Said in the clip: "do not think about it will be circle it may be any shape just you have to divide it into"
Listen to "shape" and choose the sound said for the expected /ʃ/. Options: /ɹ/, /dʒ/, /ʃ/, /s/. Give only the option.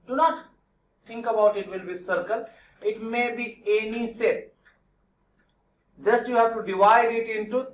/s/